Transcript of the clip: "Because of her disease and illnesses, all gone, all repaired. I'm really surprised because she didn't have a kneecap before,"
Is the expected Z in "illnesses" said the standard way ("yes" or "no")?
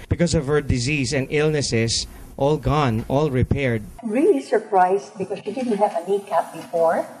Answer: no